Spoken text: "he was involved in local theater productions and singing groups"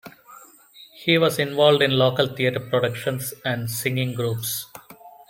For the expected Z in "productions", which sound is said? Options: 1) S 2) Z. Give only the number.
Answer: 1